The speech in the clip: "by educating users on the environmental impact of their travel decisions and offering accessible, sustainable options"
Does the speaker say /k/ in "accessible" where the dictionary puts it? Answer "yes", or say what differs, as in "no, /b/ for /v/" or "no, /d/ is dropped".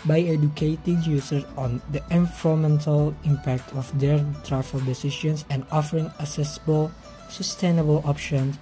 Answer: no, /k/ is dropped